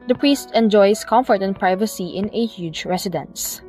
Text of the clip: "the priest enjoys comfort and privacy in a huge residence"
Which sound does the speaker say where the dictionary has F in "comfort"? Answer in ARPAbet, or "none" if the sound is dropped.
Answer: F